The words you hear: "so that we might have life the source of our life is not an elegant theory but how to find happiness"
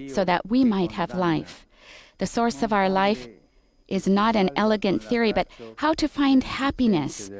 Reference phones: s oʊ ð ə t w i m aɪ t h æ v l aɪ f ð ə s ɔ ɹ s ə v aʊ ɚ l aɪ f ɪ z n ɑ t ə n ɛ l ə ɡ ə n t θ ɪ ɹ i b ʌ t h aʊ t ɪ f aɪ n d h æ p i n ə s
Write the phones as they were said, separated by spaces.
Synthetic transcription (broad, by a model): s oʊ ð ə t w i m aɪ t h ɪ v l aɪ f ð ə s ɔ ɹ s ə v aʊ ɚ l aɪ f ɪ z n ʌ t ə n ɛ l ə ɡ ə n θ ɪ ɹ i b ʌ t h aʊ t ɪ f aɪ n d h æ p i n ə s